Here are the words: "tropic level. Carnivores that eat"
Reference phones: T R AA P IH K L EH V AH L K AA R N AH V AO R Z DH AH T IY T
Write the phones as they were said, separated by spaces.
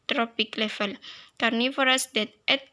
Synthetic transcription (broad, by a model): T R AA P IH K L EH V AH L K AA R N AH F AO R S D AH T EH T